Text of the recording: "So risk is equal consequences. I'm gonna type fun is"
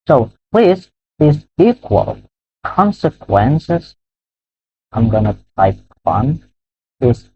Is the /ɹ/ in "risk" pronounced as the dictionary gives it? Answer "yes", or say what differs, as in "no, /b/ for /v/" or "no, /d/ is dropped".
no, /l/ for /ɹ/